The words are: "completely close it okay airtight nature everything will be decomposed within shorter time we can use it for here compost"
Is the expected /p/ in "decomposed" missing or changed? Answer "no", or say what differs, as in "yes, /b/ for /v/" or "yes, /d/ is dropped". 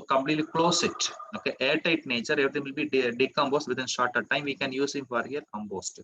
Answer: yes, /b/ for /p/